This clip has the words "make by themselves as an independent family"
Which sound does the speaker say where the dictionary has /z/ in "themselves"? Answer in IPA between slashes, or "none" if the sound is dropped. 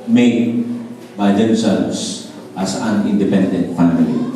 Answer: /s/